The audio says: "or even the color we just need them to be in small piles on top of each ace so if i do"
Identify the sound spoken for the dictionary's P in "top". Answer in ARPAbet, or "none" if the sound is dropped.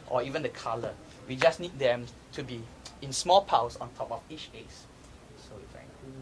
P